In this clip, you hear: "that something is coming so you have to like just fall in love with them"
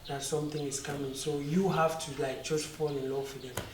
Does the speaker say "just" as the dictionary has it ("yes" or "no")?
no